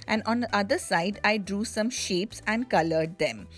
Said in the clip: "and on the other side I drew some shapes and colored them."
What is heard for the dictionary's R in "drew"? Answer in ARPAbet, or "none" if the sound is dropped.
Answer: R